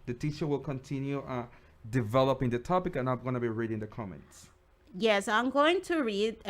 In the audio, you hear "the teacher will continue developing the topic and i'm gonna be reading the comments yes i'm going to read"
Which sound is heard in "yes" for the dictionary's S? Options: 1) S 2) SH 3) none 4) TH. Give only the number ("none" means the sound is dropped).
1